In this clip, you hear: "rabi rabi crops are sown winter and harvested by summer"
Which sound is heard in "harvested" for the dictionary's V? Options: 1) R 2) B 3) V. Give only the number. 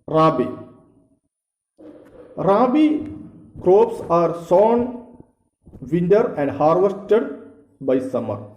3